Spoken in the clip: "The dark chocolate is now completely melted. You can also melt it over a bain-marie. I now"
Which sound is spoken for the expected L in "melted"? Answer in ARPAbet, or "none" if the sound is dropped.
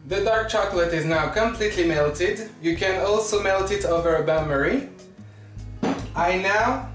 L